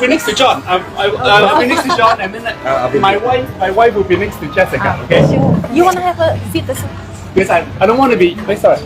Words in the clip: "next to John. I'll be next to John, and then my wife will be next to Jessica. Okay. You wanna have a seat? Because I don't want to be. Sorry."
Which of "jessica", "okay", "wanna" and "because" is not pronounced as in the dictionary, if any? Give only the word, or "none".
because